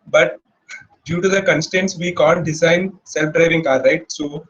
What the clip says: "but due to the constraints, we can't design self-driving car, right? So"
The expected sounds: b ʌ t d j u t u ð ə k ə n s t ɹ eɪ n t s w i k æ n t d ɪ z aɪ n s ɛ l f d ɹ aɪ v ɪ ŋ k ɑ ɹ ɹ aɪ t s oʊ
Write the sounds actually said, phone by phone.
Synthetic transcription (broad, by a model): b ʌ t d j u t u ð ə k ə n s t eɪ n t s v i k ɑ n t d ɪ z aɪ n s ɛ l f d ɹ aɪ v ɪ ŋ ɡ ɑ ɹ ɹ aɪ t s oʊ